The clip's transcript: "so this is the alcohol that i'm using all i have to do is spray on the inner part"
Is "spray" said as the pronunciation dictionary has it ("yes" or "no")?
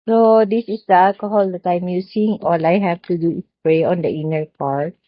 yes